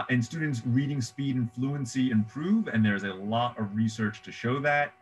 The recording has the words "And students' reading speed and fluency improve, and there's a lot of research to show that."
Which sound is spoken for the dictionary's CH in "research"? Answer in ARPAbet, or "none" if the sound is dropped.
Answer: CH